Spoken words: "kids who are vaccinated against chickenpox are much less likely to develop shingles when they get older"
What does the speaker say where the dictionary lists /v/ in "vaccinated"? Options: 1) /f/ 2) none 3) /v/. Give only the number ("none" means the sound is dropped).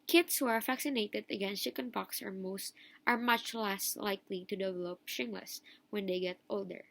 1